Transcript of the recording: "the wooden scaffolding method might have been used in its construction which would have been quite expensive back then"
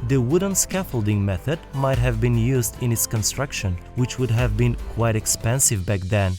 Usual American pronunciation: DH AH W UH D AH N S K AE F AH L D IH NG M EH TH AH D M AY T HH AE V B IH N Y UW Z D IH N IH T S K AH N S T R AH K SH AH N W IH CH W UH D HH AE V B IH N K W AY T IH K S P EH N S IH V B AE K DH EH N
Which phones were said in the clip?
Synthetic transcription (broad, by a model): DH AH W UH D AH N S K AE F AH L D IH NG M EH TH AH D M AY T HH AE V B IH N Y UW Z D IH N IH T S K AH N S T R AH K SH AH N W IH CH W UH D HH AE V B IH N K W AY T IH K S P EH N S IH V B AE K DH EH N